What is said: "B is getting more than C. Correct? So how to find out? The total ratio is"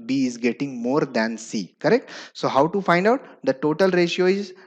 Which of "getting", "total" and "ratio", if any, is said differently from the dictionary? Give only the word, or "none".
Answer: none